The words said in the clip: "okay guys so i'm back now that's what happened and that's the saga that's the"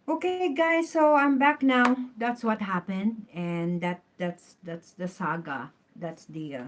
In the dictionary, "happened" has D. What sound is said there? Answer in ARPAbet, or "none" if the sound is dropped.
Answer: D